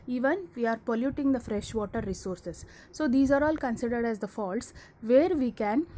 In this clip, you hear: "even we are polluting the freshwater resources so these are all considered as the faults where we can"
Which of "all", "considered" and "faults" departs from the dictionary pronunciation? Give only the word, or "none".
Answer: none